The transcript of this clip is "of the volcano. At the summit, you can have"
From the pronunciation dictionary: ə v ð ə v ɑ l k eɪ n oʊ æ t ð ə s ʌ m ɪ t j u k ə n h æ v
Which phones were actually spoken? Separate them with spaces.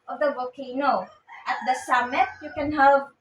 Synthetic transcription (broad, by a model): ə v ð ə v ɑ k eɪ n oʊ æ t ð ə s ʌ m ɪ t j u k ə n h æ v